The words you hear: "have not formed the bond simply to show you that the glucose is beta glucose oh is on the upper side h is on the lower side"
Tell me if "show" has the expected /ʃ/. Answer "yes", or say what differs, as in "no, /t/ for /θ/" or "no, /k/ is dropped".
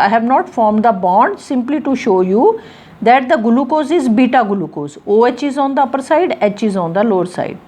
yes